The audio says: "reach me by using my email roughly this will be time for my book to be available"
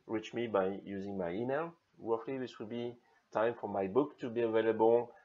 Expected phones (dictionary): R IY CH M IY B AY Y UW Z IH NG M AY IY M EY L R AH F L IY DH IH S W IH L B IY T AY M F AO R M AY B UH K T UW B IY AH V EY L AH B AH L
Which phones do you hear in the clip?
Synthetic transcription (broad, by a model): R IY CH M IY B AY Y UW Z IH NG M AY IY M EY L W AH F L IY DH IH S W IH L B IY T AY M F AO R M AY B UH K T UW B IY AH V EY L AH B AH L